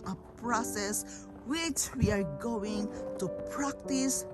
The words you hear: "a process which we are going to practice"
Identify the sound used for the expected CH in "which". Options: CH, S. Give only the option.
CH